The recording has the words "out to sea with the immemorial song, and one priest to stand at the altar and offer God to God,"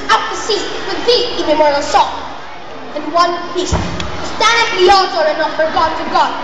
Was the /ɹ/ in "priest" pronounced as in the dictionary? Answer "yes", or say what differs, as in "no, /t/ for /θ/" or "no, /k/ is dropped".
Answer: no, /ɹ/ is dropped